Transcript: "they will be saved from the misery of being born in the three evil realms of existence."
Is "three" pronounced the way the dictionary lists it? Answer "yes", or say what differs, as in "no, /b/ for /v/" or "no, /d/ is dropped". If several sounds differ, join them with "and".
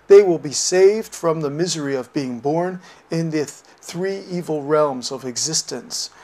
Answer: yes